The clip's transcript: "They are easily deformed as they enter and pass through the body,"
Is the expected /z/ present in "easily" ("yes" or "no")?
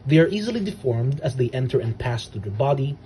yes